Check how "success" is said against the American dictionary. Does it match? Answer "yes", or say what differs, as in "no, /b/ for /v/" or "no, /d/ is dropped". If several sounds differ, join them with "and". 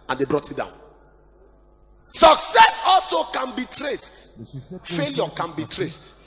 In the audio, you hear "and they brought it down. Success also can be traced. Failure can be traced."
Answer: yes